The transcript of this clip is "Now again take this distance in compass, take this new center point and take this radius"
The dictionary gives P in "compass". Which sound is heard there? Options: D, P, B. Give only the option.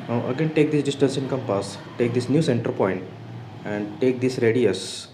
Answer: P